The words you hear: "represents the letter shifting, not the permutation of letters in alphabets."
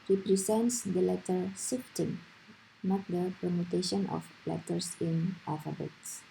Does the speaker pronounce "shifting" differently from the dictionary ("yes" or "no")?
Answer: yes